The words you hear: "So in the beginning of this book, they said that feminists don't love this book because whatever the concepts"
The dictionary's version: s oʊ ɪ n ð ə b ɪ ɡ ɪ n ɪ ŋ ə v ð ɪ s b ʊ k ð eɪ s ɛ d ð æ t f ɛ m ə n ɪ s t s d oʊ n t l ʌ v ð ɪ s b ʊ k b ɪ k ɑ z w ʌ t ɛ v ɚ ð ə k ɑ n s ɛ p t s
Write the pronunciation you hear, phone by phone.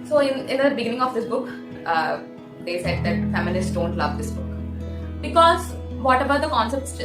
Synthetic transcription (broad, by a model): s oʊ ɪ n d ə b ɪ ɡ ɪ n ɪ ŋ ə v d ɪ s b ʊ k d eɪ s ɛ d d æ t f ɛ m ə l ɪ s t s d oʊ n t l ʌ v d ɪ s b ʊ k b ɪ k ɑ z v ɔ t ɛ b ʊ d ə k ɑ n s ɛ p t s